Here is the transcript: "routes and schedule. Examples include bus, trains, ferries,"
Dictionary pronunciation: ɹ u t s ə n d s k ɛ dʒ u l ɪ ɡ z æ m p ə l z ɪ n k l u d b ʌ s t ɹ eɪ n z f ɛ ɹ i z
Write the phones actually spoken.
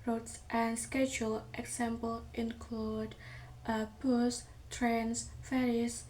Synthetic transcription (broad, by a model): ɹ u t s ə n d s k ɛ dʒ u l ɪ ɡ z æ m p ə l ɪ n k l u d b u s t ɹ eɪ n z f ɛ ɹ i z